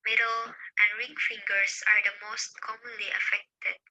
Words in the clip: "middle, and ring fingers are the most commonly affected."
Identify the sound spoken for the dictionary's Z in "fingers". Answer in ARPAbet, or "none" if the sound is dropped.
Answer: S